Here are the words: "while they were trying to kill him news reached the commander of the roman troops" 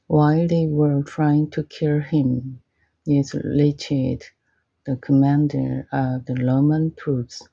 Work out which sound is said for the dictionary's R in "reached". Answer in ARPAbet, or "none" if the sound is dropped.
L